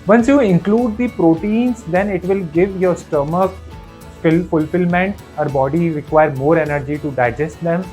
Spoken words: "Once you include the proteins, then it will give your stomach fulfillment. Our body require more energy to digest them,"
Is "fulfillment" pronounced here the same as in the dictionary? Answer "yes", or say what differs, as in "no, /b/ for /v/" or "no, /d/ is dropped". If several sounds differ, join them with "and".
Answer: yes